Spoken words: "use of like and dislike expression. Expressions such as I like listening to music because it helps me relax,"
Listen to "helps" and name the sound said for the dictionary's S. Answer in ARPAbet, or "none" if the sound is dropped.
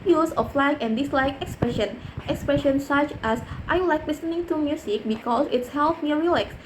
none